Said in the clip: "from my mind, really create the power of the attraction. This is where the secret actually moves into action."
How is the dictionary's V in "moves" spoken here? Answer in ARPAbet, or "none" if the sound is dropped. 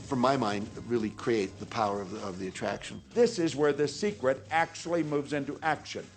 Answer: V